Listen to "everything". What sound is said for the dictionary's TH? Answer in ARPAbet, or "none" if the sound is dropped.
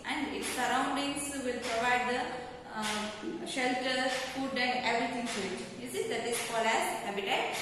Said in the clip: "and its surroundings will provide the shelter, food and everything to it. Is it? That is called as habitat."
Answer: T